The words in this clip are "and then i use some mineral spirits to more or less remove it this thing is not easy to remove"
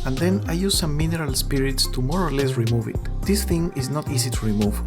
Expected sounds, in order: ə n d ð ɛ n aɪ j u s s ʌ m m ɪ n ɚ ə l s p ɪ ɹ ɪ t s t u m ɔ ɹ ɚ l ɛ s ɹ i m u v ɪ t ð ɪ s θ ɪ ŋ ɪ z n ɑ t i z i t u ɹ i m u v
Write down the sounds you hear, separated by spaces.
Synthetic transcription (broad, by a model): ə n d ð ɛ n aɪ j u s s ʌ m m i n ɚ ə l s p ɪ ɹ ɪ t s t u m ɔ ɹ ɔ l ɛ s ɹ i m u v ɪ t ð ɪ s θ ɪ ŋ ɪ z n ɑ t i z i t u ɹ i m u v